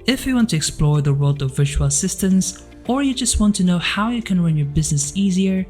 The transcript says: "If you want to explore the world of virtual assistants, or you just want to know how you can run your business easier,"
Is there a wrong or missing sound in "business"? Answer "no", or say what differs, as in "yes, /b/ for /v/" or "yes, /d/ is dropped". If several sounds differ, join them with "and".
no